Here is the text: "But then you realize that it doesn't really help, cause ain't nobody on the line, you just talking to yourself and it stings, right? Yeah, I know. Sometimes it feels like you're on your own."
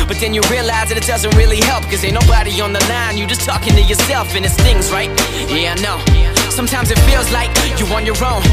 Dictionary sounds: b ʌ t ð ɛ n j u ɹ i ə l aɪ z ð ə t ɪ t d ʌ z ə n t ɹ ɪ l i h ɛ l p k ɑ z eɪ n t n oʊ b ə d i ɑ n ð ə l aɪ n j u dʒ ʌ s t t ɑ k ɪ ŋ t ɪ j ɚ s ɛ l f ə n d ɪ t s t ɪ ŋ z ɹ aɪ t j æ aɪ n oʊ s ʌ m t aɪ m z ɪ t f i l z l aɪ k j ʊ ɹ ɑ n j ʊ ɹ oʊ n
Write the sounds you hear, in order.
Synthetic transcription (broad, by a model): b ʌ t ð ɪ n j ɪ ɹ i ə l aɪ z ð ə t ɪ t d ʌ z ə n t ɹ ɪ l i h ɛ l p k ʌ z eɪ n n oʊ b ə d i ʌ n ð ə l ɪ n j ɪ dʒ ʌ s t t ɑ k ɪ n t ɪ j ɚ s ɛ l f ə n ɪ t s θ ɪ ŋ z ɹ aɪ t j æ n oʊ s ʌ m t aɪ m z ɪ t f i l z l aɪ k j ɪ w ɑ n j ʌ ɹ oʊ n